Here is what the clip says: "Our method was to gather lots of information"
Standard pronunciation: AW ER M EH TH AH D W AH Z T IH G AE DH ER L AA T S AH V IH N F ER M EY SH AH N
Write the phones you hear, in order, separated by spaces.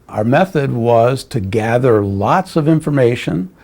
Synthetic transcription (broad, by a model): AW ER M EH TH AH D W AH Z T IH G AE DH ER L AA T S AH V IH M F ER M EY SH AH N